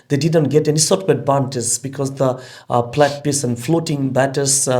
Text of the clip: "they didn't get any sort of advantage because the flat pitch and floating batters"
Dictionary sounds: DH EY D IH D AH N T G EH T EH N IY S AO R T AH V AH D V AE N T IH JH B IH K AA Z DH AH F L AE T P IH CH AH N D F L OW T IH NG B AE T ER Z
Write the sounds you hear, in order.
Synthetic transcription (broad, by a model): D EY D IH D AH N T G EH T EH N IY S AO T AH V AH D B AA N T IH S B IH K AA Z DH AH P L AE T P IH S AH N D F L OW T IH NG B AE T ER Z